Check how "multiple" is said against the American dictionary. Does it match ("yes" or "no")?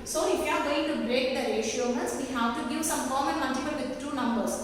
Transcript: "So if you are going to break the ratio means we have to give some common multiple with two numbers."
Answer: no